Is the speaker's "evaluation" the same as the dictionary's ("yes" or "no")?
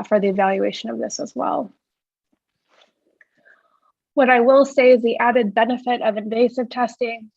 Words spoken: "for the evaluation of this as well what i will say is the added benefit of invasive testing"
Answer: yes